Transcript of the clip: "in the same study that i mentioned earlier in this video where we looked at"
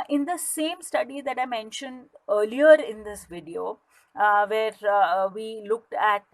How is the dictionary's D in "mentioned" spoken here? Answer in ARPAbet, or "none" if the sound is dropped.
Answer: D